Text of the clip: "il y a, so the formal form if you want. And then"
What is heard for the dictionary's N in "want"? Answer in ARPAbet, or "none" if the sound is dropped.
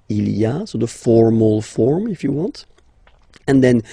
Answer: N